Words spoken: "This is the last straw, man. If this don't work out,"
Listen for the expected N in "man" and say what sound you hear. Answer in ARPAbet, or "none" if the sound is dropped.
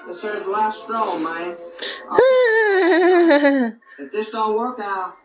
none